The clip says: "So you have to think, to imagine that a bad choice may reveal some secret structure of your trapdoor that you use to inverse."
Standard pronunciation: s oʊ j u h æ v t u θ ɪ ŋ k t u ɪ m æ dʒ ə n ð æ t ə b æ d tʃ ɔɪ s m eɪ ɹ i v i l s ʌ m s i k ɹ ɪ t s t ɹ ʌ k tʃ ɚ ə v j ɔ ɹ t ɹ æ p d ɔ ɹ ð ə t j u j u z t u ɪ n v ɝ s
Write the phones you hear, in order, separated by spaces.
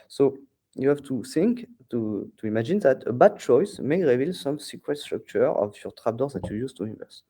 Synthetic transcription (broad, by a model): s oʊ j u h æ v t u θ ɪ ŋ k t u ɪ m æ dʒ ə n ð æ t ə b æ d tʃ ɔɪ s m eɪ ɹ i v i l s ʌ m s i k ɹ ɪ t s t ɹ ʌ k tʃ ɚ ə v j ɔ ɹ t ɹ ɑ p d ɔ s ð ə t j u j u z t u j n v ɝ s